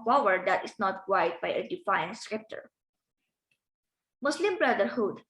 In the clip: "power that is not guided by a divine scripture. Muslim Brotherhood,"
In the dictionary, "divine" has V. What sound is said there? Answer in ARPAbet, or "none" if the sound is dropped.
F